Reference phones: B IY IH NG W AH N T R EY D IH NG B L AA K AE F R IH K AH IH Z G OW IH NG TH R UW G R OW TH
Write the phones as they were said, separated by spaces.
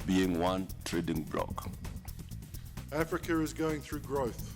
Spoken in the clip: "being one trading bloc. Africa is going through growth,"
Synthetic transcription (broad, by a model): B IY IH NG W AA N T R EY D IH NG B L AA K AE F R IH K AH IH Z G OW IH NG TH R UW G R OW TH